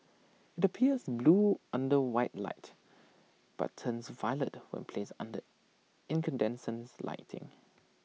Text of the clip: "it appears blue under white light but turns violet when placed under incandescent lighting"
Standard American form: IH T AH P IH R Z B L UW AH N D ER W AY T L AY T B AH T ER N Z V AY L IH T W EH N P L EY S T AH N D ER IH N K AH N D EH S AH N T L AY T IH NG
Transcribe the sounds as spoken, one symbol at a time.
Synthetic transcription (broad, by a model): IH T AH P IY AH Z B L UW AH N D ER W AY T L AY T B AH T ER N S V AY L IH T W EH N P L EY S AH N D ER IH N K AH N D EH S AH N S L AY T IH NG